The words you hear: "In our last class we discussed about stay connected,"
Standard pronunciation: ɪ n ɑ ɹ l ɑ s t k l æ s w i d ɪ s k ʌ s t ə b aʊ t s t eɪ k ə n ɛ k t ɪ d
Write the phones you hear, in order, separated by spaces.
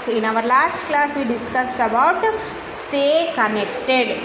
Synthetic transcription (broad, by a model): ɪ n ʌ ɹ l ɑ s t k l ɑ s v i d ɪ s k ʌ s t ə b aʊ t s t eɪ k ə n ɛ k t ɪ d